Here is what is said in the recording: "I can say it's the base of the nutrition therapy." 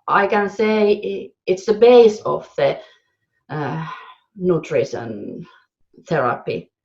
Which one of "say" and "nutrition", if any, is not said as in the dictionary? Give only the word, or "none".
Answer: nutrition